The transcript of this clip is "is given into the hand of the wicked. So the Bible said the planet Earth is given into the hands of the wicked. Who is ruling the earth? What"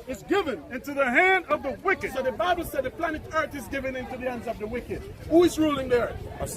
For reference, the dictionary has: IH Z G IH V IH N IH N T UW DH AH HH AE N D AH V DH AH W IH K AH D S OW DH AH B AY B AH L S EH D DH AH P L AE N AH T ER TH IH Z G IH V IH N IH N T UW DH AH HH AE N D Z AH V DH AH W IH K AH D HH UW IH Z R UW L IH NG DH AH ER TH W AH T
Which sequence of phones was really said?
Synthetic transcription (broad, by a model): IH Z G IH V IH N IH N T UW DH AH HH AE N D AH V DH AH W IH K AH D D DH AH B AY B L S EH D DH AH P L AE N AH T ER TH IH Z G IH V IH N IH N T UW DH AH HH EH N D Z AH V DH AH W IH K AH D HH UW IH Z R UW L IH NG DH AH ER TH